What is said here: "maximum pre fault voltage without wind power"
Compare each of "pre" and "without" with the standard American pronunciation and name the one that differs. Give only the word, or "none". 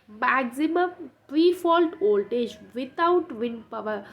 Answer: without